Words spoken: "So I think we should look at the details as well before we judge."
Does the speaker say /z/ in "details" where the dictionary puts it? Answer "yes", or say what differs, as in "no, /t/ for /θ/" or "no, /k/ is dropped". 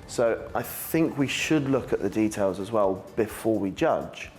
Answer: yes